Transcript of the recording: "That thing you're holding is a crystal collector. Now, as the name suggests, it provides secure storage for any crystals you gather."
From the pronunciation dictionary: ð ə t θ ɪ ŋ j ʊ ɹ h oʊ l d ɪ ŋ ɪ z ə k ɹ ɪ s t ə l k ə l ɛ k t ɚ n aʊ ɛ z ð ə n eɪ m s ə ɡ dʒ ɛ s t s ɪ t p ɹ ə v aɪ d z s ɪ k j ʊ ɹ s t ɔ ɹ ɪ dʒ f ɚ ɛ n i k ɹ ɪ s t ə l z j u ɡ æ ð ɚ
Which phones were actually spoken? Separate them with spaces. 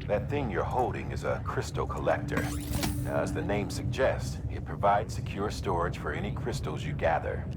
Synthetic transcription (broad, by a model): ð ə t θ ɪ ŋ j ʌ ɹ h oʊ l d ɪ ŋ ɪ z ə k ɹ ɪ s t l k ə l ɛ k t ɚ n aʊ z ð ə n eɪ m s ə ɡ dʒ ɛ s t s ɪ t p ɹ ə v aɪ d z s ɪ k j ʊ ɹ s t ɔ ɹ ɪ ʒ f ɚ ɛ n i k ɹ ɪ s t l z j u ɡ æ ð ɚ